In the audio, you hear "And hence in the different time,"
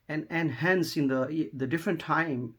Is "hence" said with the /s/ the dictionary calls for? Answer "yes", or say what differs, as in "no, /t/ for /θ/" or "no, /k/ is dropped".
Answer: yes